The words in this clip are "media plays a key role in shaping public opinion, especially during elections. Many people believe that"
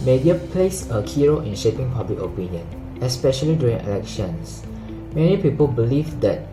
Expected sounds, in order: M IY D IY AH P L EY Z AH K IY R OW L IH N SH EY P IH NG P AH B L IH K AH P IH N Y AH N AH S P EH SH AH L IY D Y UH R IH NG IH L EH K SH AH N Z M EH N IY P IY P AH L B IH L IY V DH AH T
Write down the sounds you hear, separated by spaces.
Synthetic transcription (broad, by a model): M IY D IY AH P L EY S AH K IY R OW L IH N SH EY P IH NG P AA B L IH K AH P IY N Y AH N AH S P EH SH AH L IY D Y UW R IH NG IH L EH K SH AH N S M EH N IY P IY P AH L B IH L IY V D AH T